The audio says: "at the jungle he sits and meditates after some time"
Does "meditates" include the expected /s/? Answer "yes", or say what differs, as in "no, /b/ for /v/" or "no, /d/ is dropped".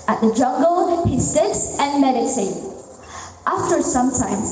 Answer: no, /s/ is dropped